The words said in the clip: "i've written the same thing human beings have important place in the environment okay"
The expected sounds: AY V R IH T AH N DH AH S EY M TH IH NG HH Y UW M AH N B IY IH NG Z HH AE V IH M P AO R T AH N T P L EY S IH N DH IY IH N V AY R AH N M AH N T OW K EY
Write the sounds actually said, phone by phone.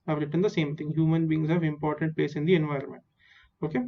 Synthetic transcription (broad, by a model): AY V R IH T AH N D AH S EY M T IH NG HH Y UW M AH N B IY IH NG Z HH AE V IH M P AO R T AH N T P L EY S IH N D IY IH N V AY R AH N M AH N T OW K EY